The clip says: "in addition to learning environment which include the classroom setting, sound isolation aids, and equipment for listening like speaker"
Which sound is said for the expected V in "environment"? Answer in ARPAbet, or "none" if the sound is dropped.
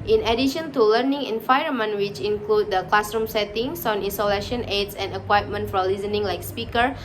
F